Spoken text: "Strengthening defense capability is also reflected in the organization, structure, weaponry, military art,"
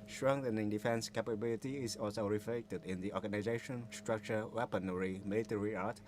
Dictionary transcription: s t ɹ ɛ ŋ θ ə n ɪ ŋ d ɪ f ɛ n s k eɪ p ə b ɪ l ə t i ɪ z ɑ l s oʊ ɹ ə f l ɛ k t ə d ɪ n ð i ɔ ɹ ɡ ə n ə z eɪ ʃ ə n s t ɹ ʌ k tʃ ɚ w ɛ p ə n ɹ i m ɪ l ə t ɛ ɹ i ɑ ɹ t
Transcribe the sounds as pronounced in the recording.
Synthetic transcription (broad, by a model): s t ɹ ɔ ŋ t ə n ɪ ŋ d ɪ f ɛ n s k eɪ p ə b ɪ l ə t i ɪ s ɑ l s oʊ ɹ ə f l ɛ k t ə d ɪ n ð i ɔ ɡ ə n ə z eɪ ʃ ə n s t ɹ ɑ k tʃ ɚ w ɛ p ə n ɹ i m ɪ l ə t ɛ ɹ i ɑ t